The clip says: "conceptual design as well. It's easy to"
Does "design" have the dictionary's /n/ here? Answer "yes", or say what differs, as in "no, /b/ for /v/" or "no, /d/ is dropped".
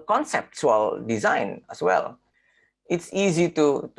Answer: yes